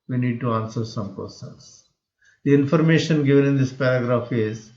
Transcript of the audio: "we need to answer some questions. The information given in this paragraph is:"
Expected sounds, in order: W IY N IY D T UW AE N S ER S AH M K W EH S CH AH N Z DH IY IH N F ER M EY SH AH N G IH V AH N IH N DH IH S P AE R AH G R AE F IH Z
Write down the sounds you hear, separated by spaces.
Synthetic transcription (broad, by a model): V IY N IY D T UW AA N S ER S AH M K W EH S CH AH N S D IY IH N F ER M EY SH AH N G IH V AH N IH N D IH S P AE R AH G R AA F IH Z